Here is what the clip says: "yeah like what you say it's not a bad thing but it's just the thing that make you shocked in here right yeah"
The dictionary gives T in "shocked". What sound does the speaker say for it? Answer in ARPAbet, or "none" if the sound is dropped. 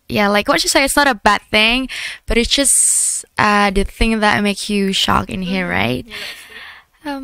none